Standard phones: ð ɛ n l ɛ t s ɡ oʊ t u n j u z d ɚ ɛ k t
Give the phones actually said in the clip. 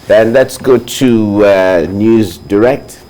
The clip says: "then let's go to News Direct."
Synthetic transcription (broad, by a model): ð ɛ n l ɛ t s ɡ oʊ t u n j u z d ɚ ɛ k t